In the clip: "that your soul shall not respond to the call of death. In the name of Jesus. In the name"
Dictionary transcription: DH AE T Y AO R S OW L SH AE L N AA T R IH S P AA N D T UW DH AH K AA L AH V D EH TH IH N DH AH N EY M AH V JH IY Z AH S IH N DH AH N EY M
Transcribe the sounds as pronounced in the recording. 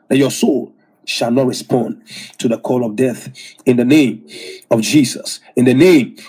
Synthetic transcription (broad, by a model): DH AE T Y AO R S OW L SH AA L N AA T R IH S P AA N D T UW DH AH K AA L AH V D EH TH IH N DH AH N EY M AH V JH IY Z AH S IH N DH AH N EY M